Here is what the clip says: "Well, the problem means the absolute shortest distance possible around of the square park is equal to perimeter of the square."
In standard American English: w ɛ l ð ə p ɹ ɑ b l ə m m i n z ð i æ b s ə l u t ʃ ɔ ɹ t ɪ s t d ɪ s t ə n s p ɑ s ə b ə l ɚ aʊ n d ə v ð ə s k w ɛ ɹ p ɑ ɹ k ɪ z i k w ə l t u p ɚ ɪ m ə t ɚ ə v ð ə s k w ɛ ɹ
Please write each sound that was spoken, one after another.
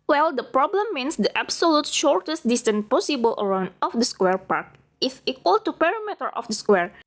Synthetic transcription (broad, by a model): w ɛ l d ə p ɹ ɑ b l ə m m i n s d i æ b s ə l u t ʃ ɔ ɹ t ɪ s t d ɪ s t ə n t p ɑ s ə b ə l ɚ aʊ n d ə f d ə s k w ɛ ɹ p ɑ ɹ k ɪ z i k w ə l t u p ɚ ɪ m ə t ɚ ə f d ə s k w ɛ ɹ